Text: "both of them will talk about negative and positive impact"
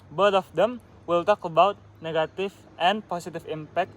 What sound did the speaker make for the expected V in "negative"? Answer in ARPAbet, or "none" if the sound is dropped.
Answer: F